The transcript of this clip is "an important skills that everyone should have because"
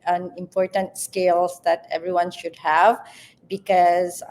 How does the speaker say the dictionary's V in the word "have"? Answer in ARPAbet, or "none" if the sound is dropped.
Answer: V